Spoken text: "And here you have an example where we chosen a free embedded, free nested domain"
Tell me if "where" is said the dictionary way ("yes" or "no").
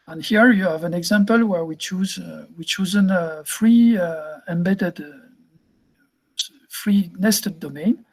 yes